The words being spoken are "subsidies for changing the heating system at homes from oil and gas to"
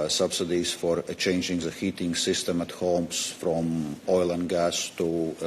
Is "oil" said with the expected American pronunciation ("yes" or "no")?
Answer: yes